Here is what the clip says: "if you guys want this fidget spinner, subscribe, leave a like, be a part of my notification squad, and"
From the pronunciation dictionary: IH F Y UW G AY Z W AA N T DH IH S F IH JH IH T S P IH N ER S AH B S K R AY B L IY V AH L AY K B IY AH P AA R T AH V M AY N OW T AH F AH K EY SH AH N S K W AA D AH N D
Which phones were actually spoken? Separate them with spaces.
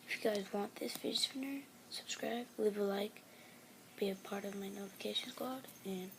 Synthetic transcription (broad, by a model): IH F Y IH G AY Z W AA N DH IH S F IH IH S F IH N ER S AH B S K R AY B L IY V AH L AY K B IY AH P AA R T AH V M AY N OW T AH F AH K EY SH AH N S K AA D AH N